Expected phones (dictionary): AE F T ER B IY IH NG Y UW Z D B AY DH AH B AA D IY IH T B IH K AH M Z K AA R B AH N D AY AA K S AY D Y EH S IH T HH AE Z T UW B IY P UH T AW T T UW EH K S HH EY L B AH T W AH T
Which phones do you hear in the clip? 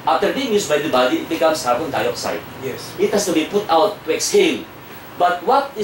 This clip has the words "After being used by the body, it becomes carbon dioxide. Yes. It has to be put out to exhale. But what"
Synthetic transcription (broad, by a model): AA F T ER B IY IH NG Y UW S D B AY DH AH B AA D IY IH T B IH K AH M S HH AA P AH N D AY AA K S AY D Y EH S IH T HH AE S T UW B IY P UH T AW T T UW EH K S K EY N B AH T W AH T